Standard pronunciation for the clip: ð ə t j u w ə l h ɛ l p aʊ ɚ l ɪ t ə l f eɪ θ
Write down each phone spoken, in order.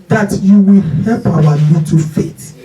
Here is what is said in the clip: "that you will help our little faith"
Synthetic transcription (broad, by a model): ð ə t j u w ə l h ɛ l p aʊ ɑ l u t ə f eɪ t